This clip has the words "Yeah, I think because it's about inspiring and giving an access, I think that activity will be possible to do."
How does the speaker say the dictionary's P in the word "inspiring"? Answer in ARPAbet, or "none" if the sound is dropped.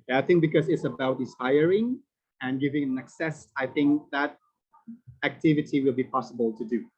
none